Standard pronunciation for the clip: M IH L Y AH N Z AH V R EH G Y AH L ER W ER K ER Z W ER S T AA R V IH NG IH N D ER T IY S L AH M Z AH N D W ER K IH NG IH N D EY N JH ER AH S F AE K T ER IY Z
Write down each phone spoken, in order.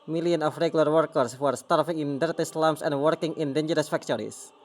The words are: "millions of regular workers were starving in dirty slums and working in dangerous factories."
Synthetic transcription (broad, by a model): M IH L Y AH N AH F R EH G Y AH L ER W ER K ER S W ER S T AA R F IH NG IH N D ER T IY S L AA M S AH N D W ER K IH NG IH N D EY N JH ER AH S F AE K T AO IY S